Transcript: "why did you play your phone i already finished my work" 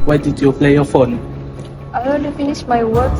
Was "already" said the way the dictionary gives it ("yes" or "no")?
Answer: no